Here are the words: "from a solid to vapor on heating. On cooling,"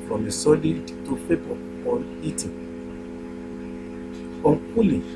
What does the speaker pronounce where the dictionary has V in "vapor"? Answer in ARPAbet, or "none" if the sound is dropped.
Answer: P